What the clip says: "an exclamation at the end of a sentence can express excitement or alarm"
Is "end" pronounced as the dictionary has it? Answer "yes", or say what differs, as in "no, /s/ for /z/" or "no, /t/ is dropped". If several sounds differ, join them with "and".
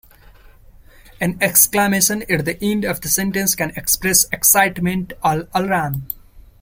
yes